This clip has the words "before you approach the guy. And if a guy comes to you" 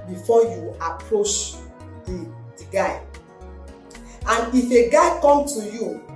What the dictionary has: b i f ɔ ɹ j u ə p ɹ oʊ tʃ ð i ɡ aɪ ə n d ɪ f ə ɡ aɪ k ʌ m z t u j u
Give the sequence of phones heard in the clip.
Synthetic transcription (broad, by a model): b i f ɔ j u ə p ɹ oʊ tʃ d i ɡ aɪ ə n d ɪ f ə ɡ aɪ k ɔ m t u j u